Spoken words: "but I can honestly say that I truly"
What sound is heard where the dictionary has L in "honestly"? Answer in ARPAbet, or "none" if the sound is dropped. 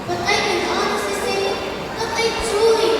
none